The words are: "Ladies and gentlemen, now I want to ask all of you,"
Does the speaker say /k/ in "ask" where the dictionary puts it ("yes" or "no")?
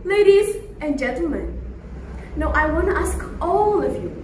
yes